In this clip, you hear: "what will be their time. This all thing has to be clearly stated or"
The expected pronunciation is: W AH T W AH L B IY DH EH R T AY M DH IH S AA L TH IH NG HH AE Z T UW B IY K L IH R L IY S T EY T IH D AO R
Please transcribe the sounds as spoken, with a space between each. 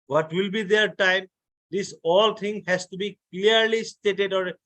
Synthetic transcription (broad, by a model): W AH T W AH L B IY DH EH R T AY M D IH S AA L T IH NG HH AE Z T UW B IY K L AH R L IY S T EY T IH D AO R